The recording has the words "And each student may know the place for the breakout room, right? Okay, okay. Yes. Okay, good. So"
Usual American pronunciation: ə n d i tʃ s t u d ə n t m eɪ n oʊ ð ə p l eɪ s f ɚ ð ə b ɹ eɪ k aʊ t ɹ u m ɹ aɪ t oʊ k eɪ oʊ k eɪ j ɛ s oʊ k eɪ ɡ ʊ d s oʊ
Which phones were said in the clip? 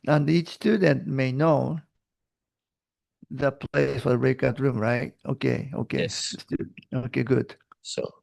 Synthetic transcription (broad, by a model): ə n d i tʃ s t u d ə n t m eɪ n oʊ ð ə p l eɪ s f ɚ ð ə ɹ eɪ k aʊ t ɹ u m ɹ aɪ t oʊ k eɪ oʊ k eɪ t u oʊ k eɪ ɡ ʊ d s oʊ